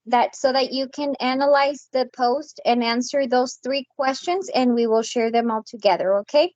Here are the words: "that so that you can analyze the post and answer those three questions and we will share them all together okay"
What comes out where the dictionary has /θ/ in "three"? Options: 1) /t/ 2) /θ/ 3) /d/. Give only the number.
2